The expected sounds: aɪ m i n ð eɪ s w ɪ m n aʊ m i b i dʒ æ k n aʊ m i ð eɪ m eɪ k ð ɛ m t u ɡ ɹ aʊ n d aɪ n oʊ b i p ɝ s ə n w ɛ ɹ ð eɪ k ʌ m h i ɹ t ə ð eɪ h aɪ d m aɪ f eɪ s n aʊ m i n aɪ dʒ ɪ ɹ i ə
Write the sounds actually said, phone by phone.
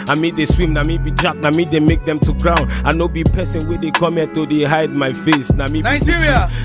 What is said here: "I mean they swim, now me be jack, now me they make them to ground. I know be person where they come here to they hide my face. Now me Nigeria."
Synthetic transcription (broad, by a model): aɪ m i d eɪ s w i m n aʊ m i b i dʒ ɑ k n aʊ m i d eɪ m eɪ k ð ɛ m t u ɡ ɹ aʊ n aɪ n oʊ b i p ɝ s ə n w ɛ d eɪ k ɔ m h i t ə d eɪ h aɪ d m aɪ f eɪ s n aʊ m i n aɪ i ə